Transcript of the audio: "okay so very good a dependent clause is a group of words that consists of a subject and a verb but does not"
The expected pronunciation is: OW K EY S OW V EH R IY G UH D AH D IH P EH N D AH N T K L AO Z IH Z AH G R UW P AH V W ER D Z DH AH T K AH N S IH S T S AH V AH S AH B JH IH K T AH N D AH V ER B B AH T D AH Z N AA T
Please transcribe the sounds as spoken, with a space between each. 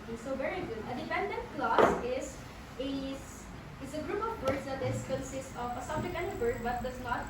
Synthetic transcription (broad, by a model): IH S OW V EH R IY G UH D AH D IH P EH N D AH N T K L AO S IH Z AH G R UW P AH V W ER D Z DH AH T K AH N S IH S T AH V AH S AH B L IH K AH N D AH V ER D B AH T D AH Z N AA T